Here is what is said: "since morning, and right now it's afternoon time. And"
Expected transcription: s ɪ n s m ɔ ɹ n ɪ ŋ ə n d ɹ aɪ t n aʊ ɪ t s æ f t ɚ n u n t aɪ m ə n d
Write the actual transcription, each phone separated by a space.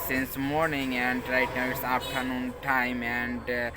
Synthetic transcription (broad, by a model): s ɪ n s m ɔ ɹ n ɪ ŋ ə n d ɹ aɪ t n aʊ ɪ t s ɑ p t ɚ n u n t aɪ m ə n d